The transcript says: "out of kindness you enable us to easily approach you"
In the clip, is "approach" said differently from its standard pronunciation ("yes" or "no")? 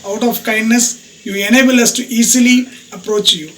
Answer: no